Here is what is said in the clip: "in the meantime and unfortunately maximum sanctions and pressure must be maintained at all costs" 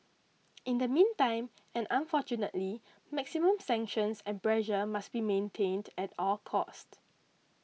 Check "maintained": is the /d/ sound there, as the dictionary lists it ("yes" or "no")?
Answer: yes